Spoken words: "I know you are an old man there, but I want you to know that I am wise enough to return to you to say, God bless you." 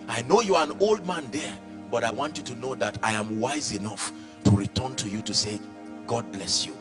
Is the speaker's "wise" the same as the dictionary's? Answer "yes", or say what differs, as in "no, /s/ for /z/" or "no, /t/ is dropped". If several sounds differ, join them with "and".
yes